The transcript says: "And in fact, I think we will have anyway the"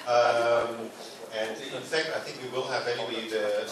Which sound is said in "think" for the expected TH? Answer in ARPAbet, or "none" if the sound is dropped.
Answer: TH